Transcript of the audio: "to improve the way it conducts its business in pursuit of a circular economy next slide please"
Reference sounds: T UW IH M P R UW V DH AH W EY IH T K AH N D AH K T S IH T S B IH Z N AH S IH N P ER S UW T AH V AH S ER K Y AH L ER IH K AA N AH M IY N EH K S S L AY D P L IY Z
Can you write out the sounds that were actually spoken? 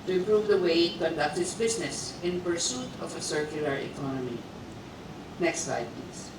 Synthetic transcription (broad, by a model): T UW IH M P R UW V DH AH W EY IH T K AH N D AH K T IH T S B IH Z N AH S IH N P ER S UW T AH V AH S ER K Y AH L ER IH K AA N AH M IY N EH K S S L AY D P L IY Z